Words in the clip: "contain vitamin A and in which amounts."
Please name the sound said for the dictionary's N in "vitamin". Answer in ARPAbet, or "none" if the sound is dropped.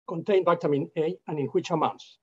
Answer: N